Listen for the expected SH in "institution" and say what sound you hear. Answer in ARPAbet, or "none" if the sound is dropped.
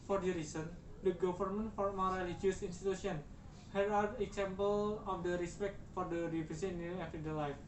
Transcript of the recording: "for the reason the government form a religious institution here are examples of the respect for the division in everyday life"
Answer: S